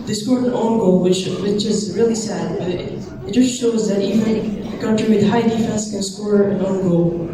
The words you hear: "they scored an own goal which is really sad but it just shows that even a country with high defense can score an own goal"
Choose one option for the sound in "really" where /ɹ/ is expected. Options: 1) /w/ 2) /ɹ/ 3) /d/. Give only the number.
2